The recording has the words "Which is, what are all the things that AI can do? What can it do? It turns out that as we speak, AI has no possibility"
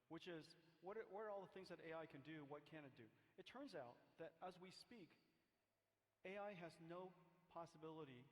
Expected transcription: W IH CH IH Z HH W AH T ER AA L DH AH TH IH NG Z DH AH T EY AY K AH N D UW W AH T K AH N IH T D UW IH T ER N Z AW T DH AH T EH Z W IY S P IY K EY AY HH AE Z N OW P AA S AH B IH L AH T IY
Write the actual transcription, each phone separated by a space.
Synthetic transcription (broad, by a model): W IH CH IH Z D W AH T ER AA L DH AH TH IH NG Z DH AH T EY AY K AH N D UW W AH T K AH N IH T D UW IH T ER N Z AW T DH AH T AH Z W IY S P IY K EY AY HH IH Z N OW P AA S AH B IH L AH T IY